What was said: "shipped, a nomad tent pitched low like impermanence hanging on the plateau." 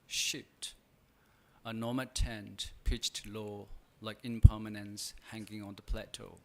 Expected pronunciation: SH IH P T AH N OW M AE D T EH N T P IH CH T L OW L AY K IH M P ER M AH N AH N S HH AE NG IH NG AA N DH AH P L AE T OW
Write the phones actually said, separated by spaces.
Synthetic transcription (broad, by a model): SH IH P T AH N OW M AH T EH N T P IH CH T L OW L AY K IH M P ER M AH N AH N S HH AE NG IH NG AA N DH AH P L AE T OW